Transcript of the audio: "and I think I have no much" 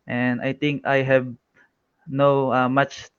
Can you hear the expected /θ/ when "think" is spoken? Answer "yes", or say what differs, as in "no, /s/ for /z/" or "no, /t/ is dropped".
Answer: no, /t/ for /θ/